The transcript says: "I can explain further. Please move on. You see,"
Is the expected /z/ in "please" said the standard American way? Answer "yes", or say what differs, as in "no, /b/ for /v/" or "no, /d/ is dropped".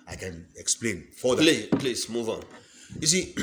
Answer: no, /s/ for /z/